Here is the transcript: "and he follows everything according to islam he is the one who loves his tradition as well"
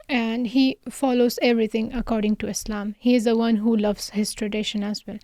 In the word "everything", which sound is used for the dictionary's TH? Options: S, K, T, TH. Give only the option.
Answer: T